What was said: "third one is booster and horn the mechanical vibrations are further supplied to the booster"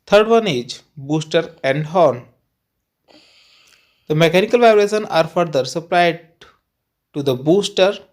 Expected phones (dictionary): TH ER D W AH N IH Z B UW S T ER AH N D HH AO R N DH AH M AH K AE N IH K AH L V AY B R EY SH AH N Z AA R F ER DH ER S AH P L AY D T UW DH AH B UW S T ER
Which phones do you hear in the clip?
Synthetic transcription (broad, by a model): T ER D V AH N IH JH B UW S T ER AH N D HH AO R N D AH M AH K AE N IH K AH L V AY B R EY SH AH N AA R F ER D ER S AH P L AY D T UW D AH B UW S T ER